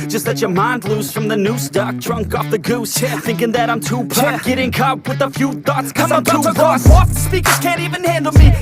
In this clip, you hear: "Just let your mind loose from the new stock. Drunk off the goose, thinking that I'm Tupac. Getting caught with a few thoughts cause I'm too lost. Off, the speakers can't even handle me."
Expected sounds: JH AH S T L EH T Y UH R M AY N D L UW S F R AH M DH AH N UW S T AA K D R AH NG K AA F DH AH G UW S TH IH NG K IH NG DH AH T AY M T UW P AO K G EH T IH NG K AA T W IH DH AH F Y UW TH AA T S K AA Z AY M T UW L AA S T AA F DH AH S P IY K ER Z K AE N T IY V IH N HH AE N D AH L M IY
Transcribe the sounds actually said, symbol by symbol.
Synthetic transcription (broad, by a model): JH AH S T L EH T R R M AY N D L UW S F R AH M DH AH N UW S T AA K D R AH NG K AA F DH AH G UW S TH IH NG K IH NG DH AH T AY M T UW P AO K G EH T IH NG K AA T W IH DH AH F Y UW TH AA T S K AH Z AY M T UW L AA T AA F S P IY K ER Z K AE N T IY V IH N HH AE N D L M IY